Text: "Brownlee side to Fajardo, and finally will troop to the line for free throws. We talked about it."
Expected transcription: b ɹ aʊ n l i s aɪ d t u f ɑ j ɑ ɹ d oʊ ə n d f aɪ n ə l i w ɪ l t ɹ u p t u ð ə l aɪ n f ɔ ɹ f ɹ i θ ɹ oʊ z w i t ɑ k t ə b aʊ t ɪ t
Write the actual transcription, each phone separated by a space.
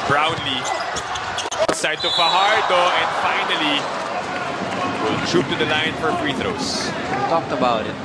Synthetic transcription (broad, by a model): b ɹ aʊ n l i s aɪ d t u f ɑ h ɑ ɹ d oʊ ə n d f aɪ n ə l i w ɪ l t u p t u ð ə l aɪ n f ɔ ɹ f ɹ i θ ɹ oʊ s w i t ɑ k t ə b aʊ t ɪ t